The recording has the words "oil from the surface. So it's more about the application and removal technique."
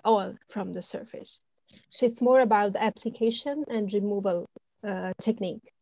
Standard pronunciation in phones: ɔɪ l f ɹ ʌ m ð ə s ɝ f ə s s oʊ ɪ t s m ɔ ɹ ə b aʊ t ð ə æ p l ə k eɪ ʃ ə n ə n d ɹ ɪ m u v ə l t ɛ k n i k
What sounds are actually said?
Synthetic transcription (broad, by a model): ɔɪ l f ɹ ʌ m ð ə s ɝ f ə s s oʊ ɪ t s m ɔ ɹ ə b aʊ t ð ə æ p l ə k eɪ ʃ ə n ə n d ɹ ɪ m u v ə l t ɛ k n i k